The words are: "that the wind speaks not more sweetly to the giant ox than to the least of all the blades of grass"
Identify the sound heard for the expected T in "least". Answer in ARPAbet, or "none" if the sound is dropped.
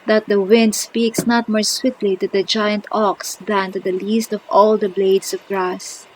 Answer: T